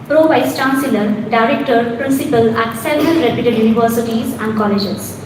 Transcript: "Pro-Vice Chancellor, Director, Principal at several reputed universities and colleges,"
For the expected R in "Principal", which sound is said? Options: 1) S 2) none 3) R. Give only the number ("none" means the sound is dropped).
3